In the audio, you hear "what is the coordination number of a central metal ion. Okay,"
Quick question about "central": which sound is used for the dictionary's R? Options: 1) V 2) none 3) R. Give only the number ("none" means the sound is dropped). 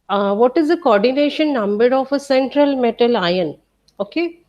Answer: 3